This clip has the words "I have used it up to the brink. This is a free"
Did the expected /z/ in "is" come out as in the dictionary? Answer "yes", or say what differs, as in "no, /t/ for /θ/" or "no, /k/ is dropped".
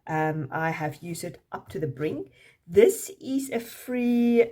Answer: yes